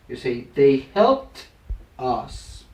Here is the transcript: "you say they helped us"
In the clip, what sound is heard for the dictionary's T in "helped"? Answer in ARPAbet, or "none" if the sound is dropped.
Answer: T